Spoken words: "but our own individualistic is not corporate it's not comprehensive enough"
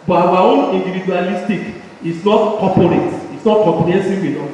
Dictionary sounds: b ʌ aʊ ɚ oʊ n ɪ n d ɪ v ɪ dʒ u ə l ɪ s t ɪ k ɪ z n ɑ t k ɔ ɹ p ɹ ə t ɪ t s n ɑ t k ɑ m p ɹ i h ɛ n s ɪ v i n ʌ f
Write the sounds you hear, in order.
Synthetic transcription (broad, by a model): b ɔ aʊ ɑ oʊ n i n d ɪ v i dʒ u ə l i s t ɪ k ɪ s n ɑ t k ɔ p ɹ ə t ɪ t s n ɑ t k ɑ p i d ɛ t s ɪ w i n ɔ